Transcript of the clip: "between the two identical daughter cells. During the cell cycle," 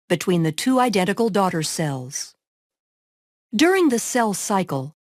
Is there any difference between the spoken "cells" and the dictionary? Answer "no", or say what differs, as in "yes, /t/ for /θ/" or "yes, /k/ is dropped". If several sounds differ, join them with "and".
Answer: no